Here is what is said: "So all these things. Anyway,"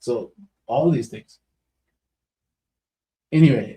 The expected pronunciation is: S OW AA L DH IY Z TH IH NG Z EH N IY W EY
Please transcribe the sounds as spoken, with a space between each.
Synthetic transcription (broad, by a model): S OW AA L DH IY Z TH IH NG Z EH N IY W EY